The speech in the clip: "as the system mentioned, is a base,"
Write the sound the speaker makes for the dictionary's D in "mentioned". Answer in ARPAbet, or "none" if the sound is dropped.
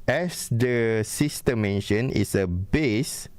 none